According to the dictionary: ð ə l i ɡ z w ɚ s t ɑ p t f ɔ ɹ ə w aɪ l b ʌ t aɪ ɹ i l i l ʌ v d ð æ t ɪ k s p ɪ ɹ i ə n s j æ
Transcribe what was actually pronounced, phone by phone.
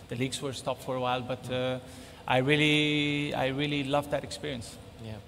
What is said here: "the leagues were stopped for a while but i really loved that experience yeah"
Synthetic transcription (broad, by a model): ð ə l i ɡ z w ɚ s t ɑ p t f ɔ ɹ ə w aɪ l b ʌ t aɪ ɹ i l i l ʌ v d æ t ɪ k s p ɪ ɹ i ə n s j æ